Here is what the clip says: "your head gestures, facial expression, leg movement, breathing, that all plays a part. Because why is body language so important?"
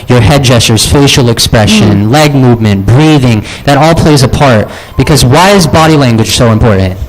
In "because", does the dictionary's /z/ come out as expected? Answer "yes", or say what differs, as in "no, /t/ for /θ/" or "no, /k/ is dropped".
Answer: yes